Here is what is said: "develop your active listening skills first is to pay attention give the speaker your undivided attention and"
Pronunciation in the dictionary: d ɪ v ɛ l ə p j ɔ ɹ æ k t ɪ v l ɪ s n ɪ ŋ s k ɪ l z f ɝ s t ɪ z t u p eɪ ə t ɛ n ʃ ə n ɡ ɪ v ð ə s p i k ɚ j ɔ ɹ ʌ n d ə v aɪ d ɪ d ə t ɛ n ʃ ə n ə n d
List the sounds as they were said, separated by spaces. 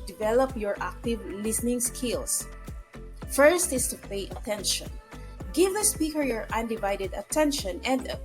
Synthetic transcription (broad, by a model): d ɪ v ɛ l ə p j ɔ ɹ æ k t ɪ v l ɪ s n ɪ ŋ s k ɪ l s f ɝ s t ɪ s t u p eɪ ə t ɛ n ʃ ə n ɡ ɪ v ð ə s p i k ɚ j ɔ ɹ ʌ n d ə v aɪ d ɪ d ə t ɛ n ʃ ə n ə n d